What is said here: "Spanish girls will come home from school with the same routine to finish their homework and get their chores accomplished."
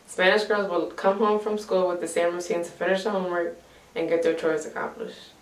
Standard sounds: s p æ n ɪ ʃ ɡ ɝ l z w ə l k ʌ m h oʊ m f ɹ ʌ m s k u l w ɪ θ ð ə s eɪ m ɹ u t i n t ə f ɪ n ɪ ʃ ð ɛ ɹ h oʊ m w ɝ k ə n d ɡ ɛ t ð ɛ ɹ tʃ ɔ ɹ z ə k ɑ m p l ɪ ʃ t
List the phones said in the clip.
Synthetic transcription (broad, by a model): s p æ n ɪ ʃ ɡ ɝ l z w ə l k ʌ m h oʊ m f ɹ ʌ m s k u l w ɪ ð ə s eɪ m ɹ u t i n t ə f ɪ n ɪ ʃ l h oʊ m w ɝ k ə n ɡ ɛ t ð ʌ ɹ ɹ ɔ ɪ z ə k ɑ m p l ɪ ʃ t